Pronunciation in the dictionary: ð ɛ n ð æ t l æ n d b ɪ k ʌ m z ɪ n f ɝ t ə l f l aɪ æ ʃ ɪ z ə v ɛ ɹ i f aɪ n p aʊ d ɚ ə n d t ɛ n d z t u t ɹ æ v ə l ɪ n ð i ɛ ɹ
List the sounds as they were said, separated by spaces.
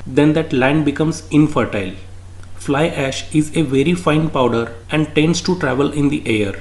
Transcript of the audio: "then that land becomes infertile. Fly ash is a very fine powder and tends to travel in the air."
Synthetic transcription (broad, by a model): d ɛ n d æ t l æ n d b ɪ k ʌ m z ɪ n f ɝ t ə l f l aɪ æ ʃ ɪ z ə v ɛ ɹ i f aɪ n p aʊ d ɚ ə n d t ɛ n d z t u t ɹ æ v ə l ɪ n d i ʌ ɹ